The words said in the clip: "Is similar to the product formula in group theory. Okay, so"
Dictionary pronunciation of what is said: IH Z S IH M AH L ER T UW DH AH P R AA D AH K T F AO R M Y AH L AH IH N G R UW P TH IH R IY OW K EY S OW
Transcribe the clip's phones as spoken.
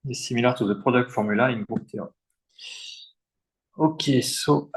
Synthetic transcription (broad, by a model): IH S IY M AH L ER T UW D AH P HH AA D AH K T F AO R M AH L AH IH N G UW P T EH IY OW K EY S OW